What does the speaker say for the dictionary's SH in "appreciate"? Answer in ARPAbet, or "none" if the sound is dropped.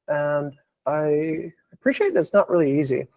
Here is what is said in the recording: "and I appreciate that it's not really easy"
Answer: SH